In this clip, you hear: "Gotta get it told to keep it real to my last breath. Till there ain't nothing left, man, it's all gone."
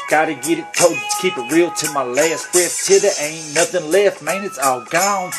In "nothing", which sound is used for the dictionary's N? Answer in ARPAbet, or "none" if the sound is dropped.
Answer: N